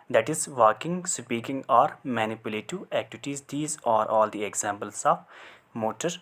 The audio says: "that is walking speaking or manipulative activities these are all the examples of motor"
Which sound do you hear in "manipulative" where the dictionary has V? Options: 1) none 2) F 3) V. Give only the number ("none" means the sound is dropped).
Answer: 1